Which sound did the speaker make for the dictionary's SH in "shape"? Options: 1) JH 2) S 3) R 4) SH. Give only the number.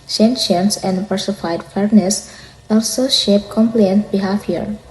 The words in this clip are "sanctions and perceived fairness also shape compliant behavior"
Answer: 4